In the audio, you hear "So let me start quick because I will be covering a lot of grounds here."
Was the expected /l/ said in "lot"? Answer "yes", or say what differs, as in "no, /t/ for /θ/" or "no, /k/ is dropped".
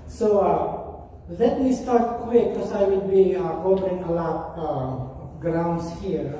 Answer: yes